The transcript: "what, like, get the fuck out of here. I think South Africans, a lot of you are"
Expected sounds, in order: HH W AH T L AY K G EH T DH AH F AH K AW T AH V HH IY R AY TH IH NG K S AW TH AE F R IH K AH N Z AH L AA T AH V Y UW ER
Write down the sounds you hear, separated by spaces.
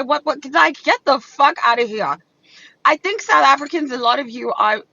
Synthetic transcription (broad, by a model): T W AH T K AY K G EH T DH AH F AH K AW T AH V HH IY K AY TH IH NG K S AW TH AE F R IH K AH N Z AH L AA T AH V Y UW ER